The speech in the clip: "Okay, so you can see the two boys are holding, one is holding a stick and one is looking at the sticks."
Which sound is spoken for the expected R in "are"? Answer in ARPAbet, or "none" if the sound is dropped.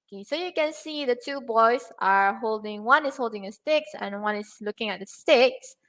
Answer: R